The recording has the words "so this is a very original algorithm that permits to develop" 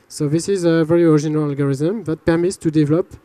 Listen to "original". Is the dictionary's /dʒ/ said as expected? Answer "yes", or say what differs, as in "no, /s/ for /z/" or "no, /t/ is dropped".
no, /ʒ/ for /dʒ/